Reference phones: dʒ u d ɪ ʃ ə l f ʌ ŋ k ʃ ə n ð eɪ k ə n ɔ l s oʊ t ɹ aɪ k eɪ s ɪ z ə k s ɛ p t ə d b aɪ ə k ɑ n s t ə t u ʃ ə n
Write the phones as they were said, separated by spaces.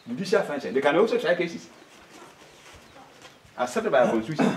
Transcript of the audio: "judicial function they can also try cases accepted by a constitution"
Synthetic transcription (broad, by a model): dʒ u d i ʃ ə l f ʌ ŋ ʃ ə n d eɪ k ə n ɔ l s oʊ t ɹ aɪ k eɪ s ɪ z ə s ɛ t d b aɪ ə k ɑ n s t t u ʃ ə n